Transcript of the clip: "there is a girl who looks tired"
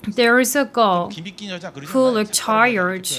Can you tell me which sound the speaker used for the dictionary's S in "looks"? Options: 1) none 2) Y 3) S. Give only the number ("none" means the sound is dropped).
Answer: 1